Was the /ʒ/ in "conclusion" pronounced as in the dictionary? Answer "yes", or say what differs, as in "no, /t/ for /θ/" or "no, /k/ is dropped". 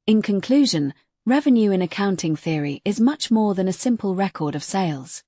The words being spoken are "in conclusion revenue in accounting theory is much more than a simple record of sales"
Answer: yes